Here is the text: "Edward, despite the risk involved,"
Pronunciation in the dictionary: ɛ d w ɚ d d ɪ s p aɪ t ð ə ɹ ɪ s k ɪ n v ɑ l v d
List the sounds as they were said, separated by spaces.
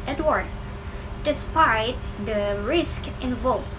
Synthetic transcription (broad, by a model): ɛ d w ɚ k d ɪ s p aɪ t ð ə ɹ ɪ s k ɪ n v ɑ l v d